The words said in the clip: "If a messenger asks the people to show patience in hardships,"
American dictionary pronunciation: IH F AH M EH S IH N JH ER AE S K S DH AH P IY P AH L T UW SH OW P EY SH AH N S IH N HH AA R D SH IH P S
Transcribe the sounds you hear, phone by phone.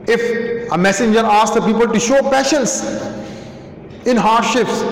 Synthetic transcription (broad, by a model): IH F AH M EH S IH N JH ER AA S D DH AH P IY P AH L T UW SH OW P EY SH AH N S IH N HH AA R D SH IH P S